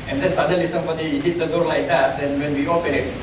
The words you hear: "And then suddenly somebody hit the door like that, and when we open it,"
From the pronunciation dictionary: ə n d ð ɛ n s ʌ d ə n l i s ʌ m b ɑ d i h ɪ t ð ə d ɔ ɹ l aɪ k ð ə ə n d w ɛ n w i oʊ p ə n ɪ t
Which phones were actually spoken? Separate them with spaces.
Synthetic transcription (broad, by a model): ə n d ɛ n s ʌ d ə l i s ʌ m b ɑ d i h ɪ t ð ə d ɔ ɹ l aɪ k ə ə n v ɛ n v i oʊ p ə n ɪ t